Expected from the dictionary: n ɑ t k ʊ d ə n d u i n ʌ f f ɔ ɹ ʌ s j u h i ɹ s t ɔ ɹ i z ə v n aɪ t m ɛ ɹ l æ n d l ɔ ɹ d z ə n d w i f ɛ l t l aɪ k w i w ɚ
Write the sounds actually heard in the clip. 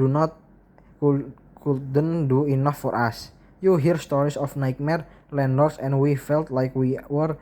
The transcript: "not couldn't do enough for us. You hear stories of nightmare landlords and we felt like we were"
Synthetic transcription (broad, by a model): n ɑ t k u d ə n d u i n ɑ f f ɔ ɹ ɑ s j u h i ɹ s t ɔ ɹ i s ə f n aɪ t m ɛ ɹ l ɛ n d ɔ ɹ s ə n w i f ɛ l t l aɪ k w i w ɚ